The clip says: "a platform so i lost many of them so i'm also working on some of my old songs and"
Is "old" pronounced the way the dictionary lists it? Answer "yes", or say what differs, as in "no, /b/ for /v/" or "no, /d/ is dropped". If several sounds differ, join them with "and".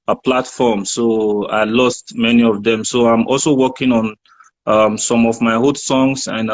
no, /l/ is dropped